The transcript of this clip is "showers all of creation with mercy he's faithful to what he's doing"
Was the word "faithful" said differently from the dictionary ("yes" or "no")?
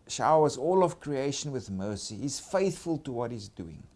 no